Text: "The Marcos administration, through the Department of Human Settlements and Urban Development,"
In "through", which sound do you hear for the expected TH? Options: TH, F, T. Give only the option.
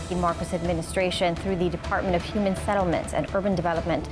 TH